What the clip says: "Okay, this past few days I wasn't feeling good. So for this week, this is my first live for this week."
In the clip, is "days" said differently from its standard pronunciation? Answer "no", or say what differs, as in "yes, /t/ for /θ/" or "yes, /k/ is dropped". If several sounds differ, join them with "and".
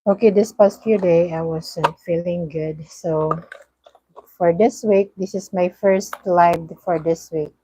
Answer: yes, /z/ is dropped